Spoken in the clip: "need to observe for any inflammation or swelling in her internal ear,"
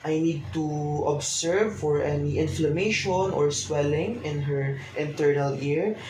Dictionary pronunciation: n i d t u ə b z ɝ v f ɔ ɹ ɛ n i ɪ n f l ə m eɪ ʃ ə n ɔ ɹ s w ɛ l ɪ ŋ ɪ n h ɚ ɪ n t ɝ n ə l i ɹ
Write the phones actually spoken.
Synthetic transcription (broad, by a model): n i d t u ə b s ɝ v f ɔ ɹ ɛ n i ɪ n f l ə m eɪ ʃ ə n ɔ ɹ s w ɛ l ɪ ŋ ɪ n h ɚ ɪ n t ɝ n ə l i ɹ